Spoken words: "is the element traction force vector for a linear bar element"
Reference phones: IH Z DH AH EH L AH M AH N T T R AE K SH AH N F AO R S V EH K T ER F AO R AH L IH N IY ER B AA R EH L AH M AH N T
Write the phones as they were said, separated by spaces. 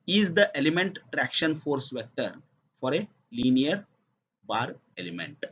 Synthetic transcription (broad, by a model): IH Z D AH EH L AH M AH N T T R AE K SH AH N F AO R S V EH T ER F AO R AH L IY N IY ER B AA R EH L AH M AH N T